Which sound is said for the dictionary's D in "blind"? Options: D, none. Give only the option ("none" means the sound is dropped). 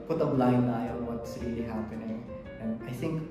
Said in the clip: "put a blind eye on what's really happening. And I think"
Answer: none